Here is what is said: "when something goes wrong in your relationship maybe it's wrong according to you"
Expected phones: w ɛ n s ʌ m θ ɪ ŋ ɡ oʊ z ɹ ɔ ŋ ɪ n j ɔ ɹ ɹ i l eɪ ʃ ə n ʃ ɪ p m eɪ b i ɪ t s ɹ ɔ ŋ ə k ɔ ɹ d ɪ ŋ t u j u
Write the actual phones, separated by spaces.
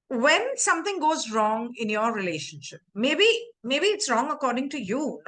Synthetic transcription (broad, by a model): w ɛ n s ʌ m t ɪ ŋ ɡ oʊ z ɹ ɔ ŋ ɪ n j ɔ ɹ ɹ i l eɪ ʃ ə n ʃ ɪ p m eɪ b i ɪ t s ɹ ɔ ŋ ə k ɔ ɹ d ɪ ŋ t u j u